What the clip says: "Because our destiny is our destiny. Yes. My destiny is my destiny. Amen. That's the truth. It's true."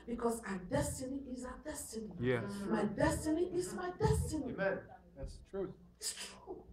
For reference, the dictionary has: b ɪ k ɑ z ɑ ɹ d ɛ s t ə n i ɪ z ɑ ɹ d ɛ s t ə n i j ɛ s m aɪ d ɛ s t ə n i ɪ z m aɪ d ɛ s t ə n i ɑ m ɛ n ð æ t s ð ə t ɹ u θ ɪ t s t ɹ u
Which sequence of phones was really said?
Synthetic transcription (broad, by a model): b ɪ k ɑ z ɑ d ɛ s t ə n i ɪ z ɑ d ɛ s t ə n i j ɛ m aɪ d ɛ s t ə n i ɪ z m aɪ d ɛ s t ə n i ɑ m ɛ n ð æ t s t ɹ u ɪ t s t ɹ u